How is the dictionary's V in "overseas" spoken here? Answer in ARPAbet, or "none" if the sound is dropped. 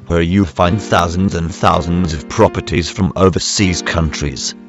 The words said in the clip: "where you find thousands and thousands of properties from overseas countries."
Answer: V